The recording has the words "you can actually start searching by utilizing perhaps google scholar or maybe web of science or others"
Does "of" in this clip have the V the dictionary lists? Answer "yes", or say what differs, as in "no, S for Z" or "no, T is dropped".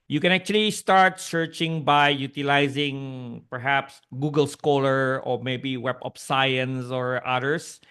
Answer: no, P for V